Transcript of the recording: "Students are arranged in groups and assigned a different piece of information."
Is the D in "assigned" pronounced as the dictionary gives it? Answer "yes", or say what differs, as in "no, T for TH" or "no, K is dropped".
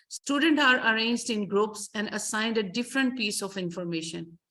yes